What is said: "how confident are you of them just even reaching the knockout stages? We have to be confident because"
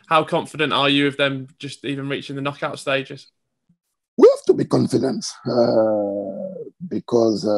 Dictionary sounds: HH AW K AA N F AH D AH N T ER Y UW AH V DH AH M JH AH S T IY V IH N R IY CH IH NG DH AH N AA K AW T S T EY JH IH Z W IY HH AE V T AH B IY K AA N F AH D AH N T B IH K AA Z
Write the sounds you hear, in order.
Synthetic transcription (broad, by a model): HH AW K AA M F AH D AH N T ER Y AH AH V DH AH M JH AH S T IY V IH N R IY CH IH NG DH AH N AA K AW T S T EY JH IH Z W IY HH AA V T AH B IY K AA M F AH D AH N T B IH K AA Z